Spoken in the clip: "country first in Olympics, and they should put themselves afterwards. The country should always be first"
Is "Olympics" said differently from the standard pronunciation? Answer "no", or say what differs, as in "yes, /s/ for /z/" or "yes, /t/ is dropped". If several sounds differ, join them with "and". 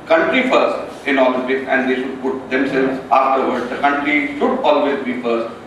yes, /s/ is dropped